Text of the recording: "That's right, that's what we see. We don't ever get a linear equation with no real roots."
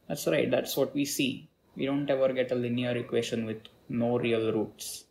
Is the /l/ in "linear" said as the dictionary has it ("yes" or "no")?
yes